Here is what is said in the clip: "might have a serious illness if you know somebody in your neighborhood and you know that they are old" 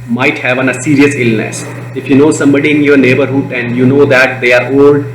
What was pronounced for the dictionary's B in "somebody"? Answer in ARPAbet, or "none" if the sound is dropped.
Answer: B